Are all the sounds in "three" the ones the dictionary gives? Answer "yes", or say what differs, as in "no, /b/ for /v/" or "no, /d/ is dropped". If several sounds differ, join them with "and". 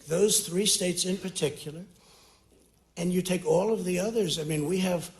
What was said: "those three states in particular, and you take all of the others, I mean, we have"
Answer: yes